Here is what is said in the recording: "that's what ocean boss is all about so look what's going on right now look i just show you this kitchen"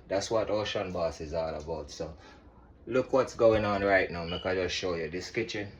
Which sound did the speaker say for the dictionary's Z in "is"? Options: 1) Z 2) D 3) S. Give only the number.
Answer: 1